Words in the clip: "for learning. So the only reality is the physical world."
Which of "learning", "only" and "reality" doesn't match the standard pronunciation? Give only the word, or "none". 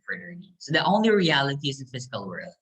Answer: learning